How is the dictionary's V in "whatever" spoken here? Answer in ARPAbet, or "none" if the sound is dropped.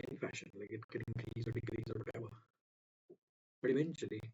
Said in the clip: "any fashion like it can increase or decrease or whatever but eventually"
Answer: B